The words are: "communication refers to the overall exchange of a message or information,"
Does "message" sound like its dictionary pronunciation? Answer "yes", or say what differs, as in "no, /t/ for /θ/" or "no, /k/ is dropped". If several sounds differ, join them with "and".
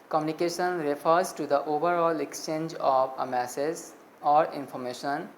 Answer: no, /z/ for /dʒ/